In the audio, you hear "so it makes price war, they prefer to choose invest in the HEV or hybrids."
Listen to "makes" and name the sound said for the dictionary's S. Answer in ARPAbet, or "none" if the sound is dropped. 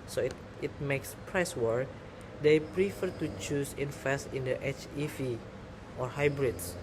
S